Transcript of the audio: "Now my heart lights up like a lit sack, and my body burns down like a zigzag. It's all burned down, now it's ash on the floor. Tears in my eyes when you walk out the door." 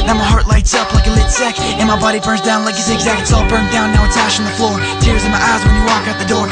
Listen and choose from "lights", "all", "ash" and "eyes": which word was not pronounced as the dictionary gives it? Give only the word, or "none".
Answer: none